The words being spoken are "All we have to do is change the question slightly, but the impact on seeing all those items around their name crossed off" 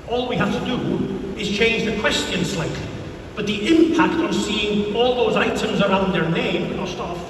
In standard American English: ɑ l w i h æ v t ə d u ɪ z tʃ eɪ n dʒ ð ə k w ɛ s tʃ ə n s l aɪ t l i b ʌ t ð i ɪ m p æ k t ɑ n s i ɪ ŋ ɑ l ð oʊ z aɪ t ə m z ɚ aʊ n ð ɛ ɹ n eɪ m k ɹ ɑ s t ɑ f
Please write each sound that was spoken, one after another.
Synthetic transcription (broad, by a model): ɑ l w i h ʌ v t ə d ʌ ɪ z tʃ eɪ n dʒ ð ə k w ɛ s tʃ ə n s l aɪ t l i b ʌ t ð i ɪ m p æ k t n s i ɪ ŋ ɑ l ð oʊ z aɪ t ə m z ɚ aʊ n ð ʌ ɹ n eɪ m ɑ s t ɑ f